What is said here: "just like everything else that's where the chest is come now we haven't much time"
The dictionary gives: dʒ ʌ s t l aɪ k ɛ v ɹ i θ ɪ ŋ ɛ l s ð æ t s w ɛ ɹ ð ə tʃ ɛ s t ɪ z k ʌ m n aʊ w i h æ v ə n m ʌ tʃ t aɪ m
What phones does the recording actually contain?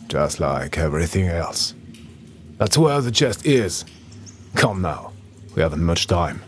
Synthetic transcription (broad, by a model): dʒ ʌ s t l aɪ k ɛ v ɹ i θ ɪ ŋ ɛ l s ð æ t s w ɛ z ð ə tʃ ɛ s t ɪ z k ʌ m n aʊ w i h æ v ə n m ʌ tʃ t aɪ m